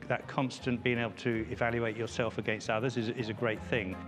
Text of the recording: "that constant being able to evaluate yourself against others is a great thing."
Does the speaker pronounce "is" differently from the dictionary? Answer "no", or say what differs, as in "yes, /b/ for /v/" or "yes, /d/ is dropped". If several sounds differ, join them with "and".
no